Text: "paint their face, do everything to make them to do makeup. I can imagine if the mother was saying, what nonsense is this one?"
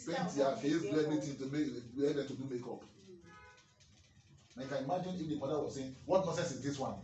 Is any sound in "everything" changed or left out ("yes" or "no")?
yes